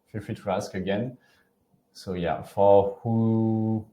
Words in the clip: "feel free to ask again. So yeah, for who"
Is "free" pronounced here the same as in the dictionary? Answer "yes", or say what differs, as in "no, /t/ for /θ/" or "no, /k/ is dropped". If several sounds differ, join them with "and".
no, /ɹ/ is dropped